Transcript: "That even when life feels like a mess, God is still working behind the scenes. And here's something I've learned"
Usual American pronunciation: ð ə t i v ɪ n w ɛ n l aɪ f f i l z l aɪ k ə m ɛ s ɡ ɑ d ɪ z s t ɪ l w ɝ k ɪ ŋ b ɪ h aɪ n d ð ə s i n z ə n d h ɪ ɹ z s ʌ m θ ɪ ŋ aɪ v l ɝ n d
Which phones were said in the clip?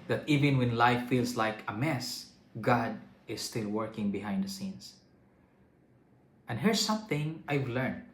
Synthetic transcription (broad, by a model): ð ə t i v ɪ n w ɛ n l aɪ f f i l s l aɪ k ə m ɛ s ɡ ɑ d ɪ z s t ɪ l w ɝ k ɪ ŋ b ɪ h aɪ n d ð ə s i n s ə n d h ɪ ɹ s ʌ m θ ɪ ŋ aɪ v l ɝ n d